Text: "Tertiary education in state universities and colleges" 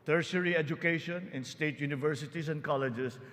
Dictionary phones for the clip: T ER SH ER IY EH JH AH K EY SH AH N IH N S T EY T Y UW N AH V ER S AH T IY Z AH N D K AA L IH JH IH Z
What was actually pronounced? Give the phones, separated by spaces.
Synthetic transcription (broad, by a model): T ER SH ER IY EH JH AH K EY SH AH N IH N S T EY T Y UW N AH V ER S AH T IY S AH N D K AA L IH JH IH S